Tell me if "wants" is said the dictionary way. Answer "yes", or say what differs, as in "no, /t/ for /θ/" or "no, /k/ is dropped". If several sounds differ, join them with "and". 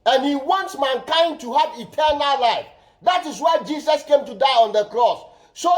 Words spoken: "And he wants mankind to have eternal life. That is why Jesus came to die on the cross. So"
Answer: yes